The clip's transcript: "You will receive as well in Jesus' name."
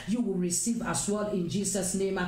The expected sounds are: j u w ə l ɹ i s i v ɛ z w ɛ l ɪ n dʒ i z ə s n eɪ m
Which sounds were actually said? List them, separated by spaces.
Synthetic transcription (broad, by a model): j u w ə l ɹ i s i v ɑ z w ɛ l ɪ n dʒ i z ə s n eɪ m